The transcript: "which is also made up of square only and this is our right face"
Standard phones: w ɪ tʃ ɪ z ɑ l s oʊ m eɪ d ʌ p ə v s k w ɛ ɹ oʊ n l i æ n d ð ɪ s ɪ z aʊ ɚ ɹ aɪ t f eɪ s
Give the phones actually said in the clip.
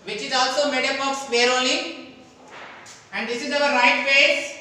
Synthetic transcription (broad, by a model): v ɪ tʃ ɪ z ɑ l s oʊ m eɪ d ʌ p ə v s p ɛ ɹ oʊ l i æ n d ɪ s ɪ z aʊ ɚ ɹ aɪ t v eɪ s